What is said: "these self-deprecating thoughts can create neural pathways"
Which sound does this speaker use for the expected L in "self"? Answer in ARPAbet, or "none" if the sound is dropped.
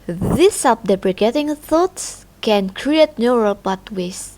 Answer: none